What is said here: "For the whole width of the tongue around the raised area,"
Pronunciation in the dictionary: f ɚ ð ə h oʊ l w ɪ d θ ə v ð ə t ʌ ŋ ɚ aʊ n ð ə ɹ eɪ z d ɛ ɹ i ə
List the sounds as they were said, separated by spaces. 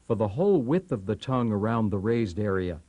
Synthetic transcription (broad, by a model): f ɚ ð ə h oʊ l w ɪ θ ə v ð ə t ʌ ŋ ɚ aʊ n ð ə ɹ eɪ z d ɛ ɹ i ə